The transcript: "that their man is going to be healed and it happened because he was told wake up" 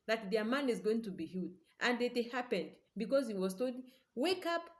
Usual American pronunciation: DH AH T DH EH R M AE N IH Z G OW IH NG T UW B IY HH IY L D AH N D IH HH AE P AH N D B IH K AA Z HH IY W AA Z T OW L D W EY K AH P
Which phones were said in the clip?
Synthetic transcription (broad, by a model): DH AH T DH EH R M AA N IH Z G OW IH NG T UW B IY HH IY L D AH N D IH HH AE P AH N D B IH K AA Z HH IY W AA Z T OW D W EY K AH P